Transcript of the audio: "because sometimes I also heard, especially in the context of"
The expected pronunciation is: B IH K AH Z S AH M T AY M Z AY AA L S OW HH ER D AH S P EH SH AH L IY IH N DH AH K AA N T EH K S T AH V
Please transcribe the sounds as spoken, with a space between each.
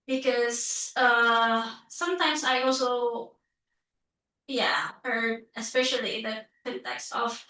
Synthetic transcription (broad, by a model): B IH K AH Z S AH M T AY M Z AY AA L S OW HH ER D AH S P EH SH AH L IY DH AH K AA N T EH K S T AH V